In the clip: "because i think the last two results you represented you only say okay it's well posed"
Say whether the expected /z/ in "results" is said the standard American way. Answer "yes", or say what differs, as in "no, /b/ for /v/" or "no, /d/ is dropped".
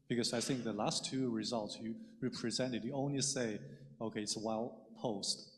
yes